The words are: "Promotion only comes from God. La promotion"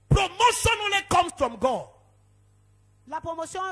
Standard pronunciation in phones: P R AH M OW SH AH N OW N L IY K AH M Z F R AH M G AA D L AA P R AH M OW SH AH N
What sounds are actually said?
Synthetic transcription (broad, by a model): P R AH M OW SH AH N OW L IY K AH M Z F R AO M G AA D L AA P R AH M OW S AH